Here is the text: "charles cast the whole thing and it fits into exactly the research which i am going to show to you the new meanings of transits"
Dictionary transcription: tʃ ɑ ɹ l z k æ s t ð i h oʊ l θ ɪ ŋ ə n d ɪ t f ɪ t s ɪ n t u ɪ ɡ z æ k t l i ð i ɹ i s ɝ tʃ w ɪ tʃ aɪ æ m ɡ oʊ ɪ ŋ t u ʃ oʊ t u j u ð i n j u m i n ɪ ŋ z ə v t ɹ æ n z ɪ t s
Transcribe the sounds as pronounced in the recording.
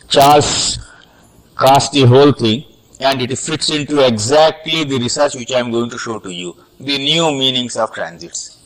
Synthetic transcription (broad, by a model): tʃ ɑ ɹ l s k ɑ s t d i h oʊ l t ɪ ŋ ə n d ɪ t f ɪ t s ɪ n t u ɪ ɡ z æ k t l i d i ɹ i s ɝ tʃ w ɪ tʃ aɪ m ɡ oʊ ɪ ŋ t u ʃ oʊ t u j u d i n j u m i n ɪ ŋ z ə v t ɹ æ n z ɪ t s